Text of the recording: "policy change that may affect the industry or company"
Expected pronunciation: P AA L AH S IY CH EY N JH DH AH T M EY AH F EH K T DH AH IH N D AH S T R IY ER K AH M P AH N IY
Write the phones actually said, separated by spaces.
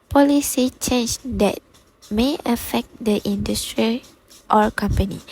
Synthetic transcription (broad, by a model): P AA L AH S IY CH EY N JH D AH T M EY AH F EH K T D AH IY N D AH S T R IY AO K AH M P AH N IY